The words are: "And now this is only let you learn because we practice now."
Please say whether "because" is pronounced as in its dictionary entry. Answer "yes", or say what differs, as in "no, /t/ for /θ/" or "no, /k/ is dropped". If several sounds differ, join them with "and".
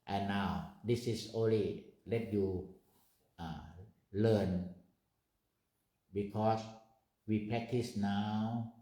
no, /s/ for /z/